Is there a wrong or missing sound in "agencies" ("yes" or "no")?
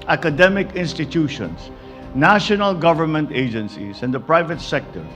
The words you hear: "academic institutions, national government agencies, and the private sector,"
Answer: yes